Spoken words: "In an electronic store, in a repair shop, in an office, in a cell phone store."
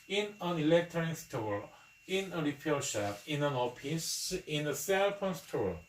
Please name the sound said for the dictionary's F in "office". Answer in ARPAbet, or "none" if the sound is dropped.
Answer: P